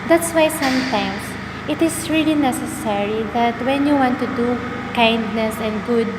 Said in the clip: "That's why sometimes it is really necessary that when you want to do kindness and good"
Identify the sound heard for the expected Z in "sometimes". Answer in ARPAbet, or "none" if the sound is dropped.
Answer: S